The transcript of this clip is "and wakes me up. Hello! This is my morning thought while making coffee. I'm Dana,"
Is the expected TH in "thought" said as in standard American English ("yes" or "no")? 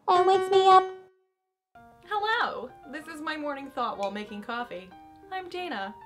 yes